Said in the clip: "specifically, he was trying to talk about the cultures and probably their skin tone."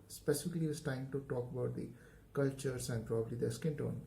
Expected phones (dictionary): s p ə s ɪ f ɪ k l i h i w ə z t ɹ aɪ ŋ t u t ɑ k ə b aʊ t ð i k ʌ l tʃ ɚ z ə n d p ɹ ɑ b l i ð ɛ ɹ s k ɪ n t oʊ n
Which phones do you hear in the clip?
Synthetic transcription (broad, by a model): s p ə s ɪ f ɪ k l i i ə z t aɪ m t u t ɑ k ə b aʊ t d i k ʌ l tʃ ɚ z ə n d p ɹ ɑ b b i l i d s k ɪ n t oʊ n